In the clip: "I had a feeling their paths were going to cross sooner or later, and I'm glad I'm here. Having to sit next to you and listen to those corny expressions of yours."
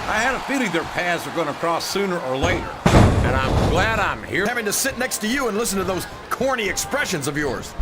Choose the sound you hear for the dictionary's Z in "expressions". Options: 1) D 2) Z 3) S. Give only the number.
2